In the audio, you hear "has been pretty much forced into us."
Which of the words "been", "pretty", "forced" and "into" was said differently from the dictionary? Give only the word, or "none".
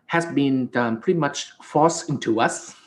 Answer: forced